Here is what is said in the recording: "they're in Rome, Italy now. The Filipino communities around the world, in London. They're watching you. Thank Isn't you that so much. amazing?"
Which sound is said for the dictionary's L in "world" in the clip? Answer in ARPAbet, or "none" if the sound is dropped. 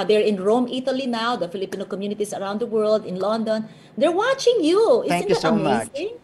L